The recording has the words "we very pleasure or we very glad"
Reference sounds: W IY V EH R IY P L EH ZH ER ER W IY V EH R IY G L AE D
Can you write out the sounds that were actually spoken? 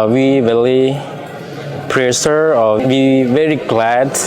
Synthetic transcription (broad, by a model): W IY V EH L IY P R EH SH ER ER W IY V EH R IY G L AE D